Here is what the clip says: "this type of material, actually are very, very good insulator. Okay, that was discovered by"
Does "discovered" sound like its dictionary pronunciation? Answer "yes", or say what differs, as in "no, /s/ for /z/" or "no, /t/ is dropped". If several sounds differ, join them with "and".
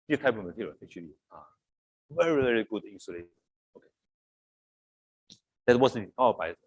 no, /k/ is dropped and /v/ is dropped